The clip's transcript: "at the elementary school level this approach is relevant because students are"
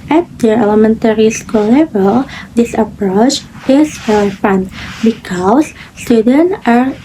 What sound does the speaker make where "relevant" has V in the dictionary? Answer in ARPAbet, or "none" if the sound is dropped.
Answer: F